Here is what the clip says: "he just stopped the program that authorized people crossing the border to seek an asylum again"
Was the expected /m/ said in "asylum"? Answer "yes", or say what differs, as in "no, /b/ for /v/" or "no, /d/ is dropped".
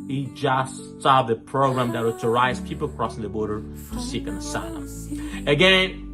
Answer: no, /m/ is dropped